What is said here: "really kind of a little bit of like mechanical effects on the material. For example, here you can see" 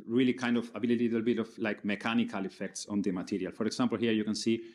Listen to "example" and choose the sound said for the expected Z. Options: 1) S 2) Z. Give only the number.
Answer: 1